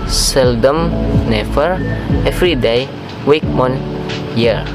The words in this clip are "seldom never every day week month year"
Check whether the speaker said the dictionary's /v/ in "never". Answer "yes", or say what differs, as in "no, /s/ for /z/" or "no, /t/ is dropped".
no, /f/ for /v/